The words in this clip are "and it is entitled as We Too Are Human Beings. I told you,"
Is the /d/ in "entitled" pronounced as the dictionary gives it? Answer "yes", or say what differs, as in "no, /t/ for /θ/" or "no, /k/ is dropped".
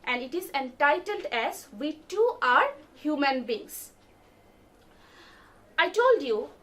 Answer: yes